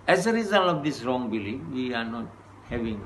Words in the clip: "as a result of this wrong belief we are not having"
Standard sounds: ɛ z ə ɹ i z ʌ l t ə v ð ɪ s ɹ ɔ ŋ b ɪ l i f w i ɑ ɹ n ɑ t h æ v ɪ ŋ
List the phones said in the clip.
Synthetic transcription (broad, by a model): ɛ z ə ɹ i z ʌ l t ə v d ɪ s ɹ ɔ ŋ b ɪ l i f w i ɑ ɹ n ɑ t h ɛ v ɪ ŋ